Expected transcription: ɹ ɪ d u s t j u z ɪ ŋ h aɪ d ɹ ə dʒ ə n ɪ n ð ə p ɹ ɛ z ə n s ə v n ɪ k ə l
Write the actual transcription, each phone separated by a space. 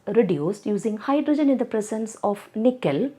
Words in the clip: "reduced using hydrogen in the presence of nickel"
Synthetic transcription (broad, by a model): ɹ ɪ d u s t j u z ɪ ŋ h aɪ d ɹ ə dʒ ə n ɪ n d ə p ɹ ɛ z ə n s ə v n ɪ k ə l